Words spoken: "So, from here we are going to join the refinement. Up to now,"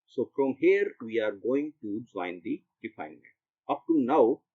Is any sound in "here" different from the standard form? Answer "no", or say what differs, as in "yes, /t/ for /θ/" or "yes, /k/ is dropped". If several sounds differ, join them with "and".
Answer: no